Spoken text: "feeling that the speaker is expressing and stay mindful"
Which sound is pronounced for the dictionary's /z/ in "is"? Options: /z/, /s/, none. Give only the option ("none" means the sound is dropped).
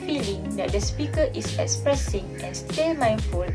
/s/